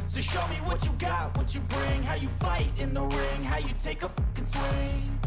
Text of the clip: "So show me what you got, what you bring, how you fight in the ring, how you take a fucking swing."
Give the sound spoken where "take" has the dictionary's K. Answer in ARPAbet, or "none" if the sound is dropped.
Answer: none